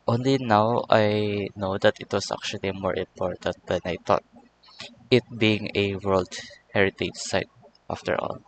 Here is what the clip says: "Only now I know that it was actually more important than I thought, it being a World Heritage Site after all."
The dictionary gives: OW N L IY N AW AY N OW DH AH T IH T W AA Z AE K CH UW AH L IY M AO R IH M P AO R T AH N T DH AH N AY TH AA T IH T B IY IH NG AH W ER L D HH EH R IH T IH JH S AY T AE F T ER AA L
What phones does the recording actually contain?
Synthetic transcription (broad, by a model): OW N L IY N AW AY N OW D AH T IH T W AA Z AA K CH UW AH L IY M AO R IH M P AO R T AH N T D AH N AY T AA T IH T B IY IH NG AH W ER L D HH EH R IH T IH JH S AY T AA F T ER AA L